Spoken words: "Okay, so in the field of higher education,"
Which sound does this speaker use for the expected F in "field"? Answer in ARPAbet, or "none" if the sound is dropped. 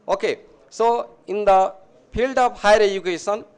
P